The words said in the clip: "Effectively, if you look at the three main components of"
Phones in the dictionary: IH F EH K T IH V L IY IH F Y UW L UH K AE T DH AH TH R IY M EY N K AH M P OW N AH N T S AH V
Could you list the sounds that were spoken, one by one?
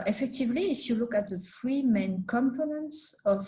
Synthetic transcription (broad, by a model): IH F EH K T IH V L IY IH F Y UW L UH K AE T DH AH F R IY M EY N K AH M F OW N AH N S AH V